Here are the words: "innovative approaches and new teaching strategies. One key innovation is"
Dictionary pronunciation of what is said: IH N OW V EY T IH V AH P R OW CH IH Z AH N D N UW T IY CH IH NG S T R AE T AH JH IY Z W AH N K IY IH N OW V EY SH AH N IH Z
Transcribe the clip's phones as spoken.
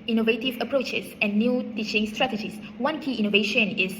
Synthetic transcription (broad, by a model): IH N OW V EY T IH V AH P R OW CH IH S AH N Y UW T IY CH IH NG S T R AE T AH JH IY S W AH N K IY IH N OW V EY SH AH N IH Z